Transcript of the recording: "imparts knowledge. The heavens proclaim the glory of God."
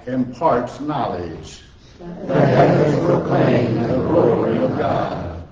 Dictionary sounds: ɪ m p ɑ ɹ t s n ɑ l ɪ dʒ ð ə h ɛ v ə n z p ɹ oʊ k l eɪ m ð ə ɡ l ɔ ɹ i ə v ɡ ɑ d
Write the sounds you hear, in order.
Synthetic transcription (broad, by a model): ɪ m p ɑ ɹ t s n ɑ l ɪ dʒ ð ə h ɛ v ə z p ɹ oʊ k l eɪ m ð ə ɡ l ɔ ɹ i ə v ɡ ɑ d